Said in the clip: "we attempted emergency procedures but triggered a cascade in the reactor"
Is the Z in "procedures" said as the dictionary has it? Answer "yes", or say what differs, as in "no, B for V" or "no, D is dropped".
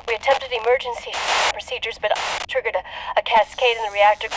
yes